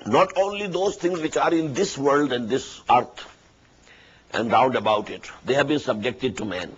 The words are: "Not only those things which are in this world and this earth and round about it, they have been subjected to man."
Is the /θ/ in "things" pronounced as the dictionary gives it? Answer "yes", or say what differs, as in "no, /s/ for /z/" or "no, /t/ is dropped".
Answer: no, /t/ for /θ/